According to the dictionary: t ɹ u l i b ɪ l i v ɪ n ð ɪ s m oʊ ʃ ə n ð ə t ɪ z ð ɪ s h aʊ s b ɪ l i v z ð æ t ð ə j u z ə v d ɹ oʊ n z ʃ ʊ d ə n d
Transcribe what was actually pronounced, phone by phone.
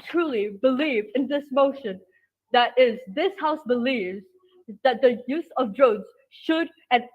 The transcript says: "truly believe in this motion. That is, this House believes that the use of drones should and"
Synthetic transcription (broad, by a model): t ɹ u l i b ɪ l i v ɪ n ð ɪ s m oʊ ʃ ə n ð ə t ɪ z ð ɪ s h aʊ s b ɪ l i v z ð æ t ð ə j u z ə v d ɹ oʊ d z ʃ ʊ d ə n